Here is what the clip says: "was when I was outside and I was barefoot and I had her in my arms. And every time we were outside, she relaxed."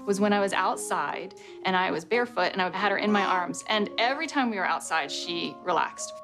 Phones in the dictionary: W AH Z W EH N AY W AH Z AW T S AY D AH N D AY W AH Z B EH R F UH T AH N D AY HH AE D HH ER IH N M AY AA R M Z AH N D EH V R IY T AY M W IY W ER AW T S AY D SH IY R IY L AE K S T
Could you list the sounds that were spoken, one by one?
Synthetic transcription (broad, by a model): W AH Z W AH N AY W AH Z AW T S AY D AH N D AY W AH Z B EH R F UH T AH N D AY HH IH D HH ER IH N M AY AA R M Z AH N EH V R IY T AY M W IY W ER AW T S AY D SH IY R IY L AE K S T